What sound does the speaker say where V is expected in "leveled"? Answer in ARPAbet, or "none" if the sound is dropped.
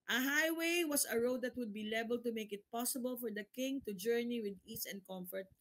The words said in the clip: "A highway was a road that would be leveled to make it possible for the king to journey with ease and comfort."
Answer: B